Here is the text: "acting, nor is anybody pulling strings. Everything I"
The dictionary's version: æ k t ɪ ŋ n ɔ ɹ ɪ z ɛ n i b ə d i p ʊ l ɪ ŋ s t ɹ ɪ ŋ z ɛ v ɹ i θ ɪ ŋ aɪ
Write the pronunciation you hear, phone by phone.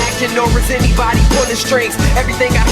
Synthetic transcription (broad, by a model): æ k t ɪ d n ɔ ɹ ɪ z ɛ n i b ə d i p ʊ n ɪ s t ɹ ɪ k ɛ v ɹ i θ ɪ ŋ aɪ